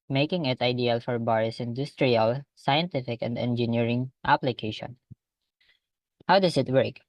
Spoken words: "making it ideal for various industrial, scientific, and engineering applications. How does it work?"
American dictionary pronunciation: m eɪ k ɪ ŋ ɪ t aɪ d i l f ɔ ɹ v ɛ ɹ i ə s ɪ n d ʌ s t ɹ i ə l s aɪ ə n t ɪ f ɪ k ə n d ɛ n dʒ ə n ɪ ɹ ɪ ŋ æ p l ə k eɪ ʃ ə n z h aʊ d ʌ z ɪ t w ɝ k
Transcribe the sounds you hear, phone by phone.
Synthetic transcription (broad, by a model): m eɪ k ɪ ŋ ɪ t aɪ d i l f ɔ ɹ b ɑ ɹ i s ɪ n d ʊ s t ɹ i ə l s aɪ ə n t ɪ f ɪ k ə n d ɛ n dʒ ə n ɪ ɹ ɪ ŋ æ p l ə k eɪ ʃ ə n h aʊ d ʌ s ɪ t w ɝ k